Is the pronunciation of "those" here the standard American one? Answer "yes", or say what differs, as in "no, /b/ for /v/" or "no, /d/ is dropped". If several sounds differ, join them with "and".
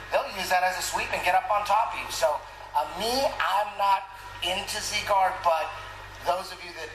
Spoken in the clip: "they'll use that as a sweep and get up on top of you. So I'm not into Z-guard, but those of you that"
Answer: yes